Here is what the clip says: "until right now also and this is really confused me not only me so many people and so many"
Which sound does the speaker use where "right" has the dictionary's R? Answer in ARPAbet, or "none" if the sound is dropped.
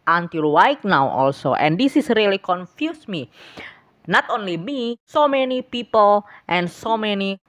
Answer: W